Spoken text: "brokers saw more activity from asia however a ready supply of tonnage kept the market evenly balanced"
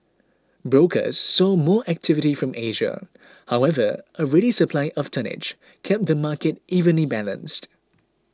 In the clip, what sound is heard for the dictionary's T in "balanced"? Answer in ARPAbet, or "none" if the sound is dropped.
T